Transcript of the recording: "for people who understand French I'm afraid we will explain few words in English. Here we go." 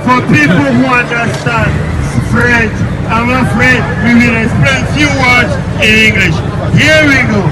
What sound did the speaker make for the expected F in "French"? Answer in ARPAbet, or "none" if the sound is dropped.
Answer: P